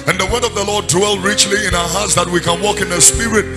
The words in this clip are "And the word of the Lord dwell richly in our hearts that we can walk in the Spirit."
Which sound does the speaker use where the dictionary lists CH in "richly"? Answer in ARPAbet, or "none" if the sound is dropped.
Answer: CH